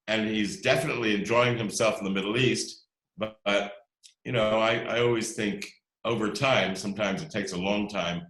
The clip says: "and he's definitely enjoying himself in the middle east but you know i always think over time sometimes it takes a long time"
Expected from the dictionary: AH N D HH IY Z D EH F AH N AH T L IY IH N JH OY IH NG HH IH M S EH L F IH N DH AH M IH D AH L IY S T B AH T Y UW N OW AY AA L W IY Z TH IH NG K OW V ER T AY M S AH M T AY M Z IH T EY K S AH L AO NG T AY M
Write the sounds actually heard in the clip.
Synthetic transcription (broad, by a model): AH N IY Z D EH F AH N AH T L IY IH N JH OY IH NG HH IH M S EH L F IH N DH AH M IH D L IY S T B AH T Y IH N OW AY AA L W IY Z TH IH NG K OW V ER T AY M S AH M T AY M Z IH T EY K S AH L AO NG T AY M